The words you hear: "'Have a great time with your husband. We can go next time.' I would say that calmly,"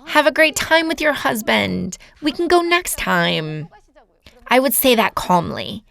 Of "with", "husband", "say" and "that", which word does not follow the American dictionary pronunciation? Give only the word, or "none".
none